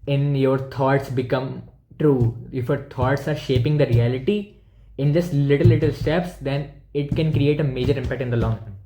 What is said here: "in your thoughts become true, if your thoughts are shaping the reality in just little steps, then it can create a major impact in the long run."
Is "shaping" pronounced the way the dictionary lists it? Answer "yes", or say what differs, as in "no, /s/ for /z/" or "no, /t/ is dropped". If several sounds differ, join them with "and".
yes